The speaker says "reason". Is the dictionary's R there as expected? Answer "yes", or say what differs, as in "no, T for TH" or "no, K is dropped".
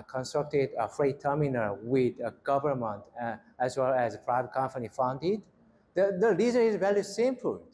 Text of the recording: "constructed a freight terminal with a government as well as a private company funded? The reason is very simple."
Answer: no, L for R